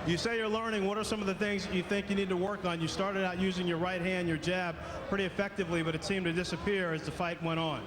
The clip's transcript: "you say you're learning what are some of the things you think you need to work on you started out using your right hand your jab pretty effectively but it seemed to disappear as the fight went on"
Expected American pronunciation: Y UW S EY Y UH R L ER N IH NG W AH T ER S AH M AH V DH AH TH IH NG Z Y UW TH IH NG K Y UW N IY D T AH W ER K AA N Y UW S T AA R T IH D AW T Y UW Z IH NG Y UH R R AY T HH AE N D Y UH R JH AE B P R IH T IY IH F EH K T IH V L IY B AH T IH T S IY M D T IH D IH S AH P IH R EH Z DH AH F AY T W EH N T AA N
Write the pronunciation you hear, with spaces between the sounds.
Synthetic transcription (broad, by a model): Y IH S EY Y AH R L ER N IH NG W AH T ER S AH M AH V DH AH TH IH NG Z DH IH TH IH NG K Y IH N IY D T AH W ER K N Y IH S T AA R T IH D AW T Y UW Z IH NG Y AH R R AY T HH AE N D Y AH R JH AE B P R IH T IY IH F EH K T IH V L IY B AH T IH T S IY M T IH D IH S AH P IH R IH Z DH AH F AY T W EH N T N